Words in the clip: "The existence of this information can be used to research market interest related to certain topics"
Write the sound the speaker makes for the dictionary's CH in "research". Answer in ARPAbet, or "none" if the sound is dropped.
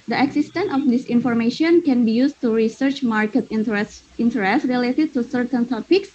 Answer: CH